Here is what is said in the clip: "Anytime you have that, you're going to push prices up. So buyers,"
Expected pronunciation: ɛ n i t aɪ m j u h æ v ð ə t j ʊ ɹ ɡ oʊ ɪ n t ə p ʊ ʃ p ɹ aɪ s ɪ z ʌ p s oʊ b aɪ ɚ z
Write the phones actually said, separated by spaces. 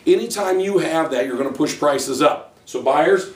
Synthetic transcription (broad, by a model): ɛ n i t aɪ m j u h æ v ð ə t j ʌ ɹ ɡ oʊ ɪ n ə p ʊ ʃ p ɹ aɪ s ɪ z ʌ p s oʊ b aɪ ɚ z